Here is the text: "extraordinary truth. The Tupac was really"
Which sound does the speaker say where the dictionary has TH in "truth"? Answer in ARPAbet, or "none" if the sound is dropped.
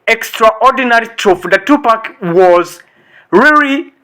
F